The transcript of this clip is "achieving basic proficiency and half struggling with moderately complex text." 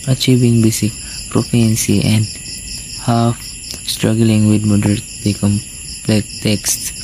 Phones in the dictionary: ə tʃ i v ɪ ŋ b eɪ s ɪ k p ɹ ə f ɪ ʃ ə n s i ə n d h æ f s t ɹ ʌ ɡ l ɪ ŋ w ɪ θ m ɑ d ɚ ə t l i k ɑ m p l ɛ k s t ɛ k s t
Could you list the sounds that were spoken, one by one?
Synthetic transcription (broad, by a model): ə tʃ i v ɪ ŋ b eɪ s ɪ k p ɹ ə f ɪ ə n s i ə n d h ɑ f s t ɹ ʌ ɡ l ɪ ŋ w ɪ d m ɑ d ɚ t i k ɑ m p l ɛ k t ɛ k s t